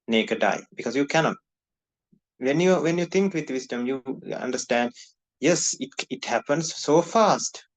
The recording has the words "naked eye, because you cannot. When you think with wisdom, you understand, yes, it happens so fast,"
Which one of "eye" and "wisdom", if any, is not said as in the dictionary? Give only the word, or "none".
wisdom